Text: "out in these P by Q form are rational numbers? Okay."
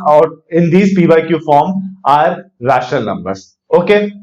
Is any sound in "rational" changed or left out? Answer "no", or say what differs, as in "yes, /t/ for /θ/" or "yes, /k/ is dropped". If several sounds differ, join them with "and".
yes, /n/ is dropped